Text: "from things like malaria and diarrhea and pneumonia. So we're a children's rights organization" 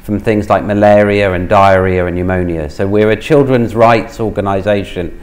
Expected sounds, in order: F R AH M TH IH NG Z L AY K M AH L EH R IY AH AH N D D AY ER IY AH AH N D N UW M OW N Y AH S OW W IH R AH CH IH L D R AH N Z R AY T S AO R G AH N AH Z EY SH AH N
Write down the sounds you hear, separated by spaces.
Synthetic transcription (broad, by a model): F R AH M TH IH NG Z L AY K M AH L EH R IY AH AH N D D AY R IY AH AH N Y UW M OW N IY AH S OW W IH R AH CH IH L D R AH N Z R AY T S AO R G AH N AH Z EY SH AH N